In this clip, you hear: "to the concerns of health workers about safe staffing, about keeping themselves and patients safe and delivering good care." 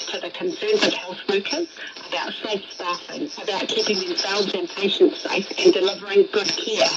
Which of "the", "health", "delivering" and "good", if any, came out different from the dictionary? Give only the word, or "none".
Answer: none